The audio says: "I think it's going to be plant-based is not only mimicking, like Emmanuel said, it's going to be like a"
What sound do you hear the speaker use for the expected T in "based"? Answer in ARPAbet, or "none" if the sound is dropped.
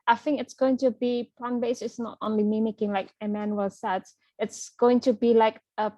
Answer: none